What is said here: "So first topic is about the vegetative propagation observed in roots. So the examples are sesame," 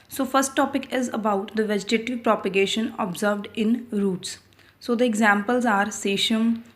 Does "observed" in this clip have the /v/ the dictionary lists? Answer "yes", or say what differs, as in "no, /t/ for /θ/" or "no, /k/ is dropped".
yes